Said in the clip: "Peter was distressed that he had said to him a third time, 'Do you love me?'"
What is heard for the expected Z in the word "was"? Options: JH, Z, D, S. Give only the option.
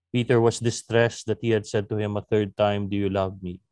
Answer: S